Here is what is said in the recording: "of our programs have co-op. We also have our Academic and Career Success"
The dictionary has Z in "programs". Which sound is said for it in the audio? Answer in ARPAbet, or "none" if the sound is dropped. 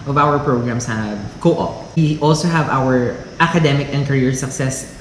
S